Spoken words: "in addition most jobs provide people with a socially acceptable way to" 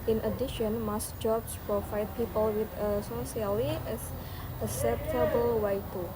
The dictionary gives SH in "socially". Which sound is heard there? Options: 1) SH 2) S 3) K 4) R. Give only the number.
2